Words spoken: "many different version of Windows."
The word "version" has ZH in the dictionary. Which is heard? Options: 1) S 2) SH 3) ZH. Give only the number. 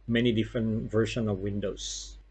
2